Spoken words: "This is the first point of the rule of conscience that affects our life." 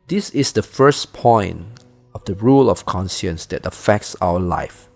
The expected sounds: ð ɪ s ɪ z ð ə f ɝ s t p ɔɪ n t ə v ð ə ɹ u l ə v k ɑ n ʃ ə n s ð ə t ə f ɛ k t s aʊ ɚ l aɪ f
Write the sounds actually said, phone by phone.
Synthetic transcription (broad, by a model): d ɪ s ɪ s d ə f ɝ s p ɔɪ n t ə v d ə ɹ u l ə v k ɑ n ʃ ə n s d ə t ə f ɛ k t s aʊ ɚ l aɪ f